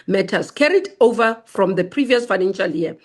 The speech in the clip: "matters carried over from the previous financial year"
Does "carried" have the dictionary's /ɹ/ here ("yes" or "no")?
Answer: yes